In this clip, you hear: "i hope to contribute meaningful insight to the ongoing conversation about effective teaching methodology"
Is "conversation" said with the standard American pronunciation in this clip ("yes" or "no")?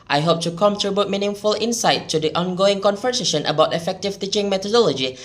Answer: no